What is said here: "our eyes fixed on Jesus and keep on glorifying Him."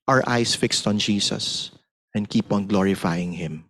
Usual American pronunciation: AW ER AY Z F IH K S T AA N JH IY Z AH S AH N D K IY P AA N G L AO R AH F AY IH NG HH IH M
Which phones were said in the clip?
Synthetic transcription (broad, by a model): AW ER AY S F IH K S T AA N JH IY S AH S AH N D K IY P AA N G L AO R AH F AY IH NG HH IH M